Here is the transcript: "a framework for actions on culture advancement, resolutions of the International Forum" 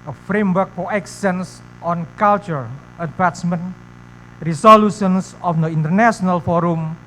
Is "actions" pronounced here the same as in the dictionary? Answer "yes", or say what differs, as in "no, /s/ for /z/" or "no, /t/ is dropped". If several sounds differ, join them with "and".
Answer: no, /s/ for /ʃ/ and /s/ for /z/